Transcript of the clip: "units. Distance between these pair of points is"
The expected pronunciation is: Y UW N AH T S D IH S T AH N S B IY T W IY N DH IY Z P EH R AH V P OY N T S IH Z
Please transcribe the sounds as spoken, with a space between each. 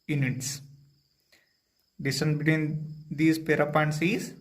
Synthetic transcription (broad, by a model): Y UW N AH T S D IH S T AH N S B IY T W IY N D IY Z P EH R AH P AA N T S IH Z